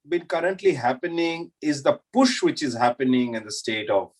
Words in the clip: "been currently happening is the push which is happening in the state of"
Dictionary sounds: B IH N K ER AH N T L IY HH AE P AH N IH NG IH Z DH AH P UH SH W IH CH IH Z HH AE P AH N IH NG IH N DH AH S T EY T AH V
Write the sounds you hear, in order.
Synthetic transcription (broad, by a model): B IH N K ER AH N T L IY HH AE P AH N IH NG IH Z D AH P UH SH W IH CH IH Z HH AE P AH N IH NG IH N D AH S T EY T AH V